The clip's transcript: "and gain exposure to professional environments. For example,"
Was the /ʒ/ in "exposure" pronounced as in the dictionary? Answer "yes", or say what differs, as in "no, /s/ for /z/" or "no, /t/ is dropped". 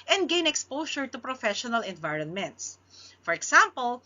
no, /ʃ/ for /ʒ/